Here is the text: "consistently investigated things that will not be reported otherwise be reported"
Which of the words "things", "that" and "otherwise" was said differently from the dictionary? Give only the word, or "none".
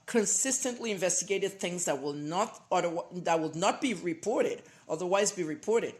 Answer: none